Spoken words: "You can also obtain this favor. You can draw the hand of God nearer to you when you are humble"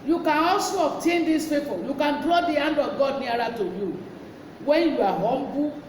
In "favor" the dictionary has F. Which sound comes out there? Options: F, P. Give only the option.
P